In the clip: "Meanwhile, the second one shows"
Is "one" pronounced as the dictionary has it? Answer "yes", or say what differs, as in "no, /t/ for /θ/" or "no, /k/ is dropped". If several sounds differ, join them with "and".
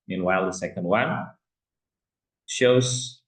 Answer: no, /l/ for /n/